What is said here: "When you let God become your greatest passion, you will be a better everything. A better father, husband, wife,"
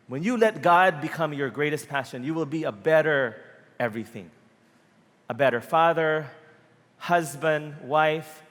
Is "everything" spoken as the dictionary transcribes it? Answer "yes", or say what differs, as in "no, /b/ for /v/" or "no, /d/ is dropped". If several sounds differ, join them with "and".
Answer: yes